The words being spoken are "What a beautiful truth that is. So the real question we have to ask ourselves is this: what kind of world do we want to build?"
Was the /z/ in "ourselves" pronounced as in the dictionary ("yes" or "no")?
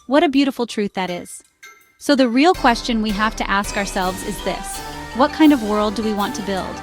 yes